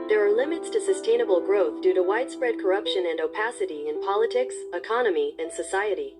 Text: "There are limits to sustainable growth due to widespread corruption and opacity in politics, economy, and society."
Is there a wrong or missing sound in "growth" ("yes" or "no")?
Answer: no